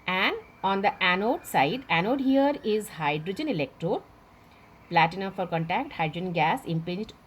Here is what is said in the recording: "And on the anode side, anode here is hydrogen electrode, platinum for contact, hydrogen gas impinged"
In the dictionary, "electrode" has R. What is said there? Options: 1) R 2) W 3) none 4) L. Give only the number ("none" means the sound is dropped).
1